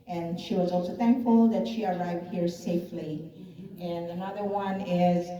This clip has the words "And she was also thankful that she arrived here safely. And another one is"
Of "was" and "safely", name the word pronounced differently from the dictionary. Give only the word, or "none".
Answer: none